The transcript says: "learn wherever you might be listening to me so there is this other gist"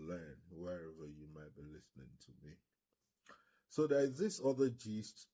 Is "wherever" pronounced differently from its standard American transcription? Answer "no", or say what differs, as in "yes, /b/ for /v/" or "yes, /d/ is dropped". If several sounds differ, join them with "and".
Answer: no